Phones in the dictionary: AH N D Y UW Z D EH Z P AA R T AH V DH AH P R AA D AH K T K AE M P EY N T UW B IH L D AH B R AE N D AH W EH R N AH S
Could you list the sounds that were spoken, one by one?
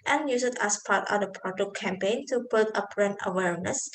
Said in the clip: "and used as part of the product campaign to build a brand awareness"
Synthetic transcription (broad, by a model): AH N Y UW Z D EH S P AA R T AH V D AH P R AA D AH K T K AE M P EY N T UW B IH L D AH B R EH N AH W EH R N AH S